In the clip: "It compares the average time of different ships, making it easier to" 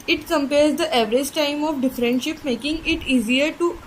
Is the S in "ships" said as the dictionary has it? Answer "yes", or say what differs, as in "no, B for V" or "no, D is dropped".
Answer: no, S is dropped